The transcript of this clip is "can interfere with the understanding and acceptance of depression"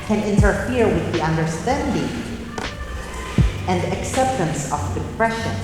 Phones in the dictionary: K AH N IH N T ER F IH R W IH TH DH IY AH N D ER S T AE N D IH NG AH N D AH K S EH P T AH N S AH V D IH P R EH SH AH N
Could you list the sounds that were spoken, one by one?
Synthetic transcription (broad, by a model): K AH N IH N T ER F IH R W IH DH IY AH N D ER S T AE N D IH NG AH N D AH K S EH P T AH N S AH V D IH P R EH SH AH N